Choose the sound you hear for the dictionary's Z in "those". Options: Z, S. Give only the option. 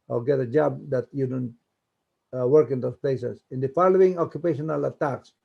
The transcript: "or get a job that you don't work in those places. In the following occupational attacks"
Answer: S